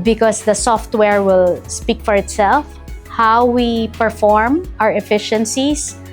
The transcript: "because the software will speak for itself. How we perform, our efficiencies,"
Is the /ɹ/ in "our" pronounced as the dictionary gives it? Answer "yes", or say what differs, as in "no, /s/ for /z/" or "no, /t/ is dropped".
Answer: yes